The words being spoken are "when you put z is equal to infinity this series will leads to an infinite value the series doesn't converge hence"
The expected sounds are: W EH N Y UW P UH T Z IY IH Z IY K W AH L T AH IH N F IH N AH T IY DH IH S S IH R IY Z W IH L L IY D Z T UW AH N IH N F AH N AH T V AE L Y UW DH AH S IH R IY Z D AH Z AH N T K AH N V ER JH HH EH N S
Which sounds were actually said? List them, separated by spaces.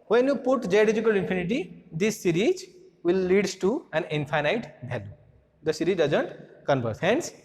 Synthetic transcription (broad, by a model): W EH N Y UW P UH T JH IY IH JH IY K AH L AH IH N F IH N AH T IY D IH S S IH R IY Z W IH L L IY D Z T UW AH N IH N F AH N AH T B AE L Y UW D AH S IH R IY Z D AH Z AH N T K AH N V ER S HH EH N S